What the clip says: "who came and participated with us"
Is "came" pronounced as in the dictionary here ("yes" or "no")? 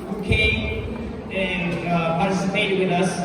no